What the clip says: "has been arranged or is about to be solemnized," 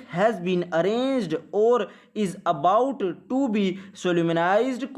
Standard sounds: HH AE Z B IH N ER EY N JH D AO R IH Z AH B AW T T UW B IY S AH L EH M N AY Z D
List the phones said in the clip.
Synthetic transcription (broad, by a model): HH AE Z B IH N ER EY N JH D AO R IH Z AH B AW T T UW B IY S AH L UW M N AY Z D